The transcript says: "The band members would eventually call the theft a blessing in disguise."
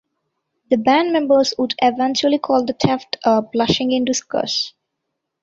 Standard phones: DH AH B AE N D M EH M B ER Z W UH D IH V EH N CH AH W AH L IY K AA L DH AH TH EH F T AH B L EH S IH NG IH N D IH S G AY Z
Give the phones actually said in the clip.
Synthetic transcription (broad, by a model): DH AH B AE N D M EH M B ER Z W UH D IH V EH N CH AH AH L IY K AA L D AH T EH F T AH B L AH SH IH NG IH N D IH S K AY S